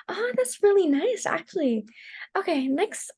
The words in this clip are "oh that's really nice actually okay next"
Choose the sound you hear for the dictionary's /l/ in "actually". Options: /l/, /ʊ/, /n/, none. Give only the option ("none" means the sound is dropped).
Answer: /l/